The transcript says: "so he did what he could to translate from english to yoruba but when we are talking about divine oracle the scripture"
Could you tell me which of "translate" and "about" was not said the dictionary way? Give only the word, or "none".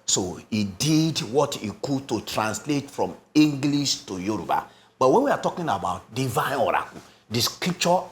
none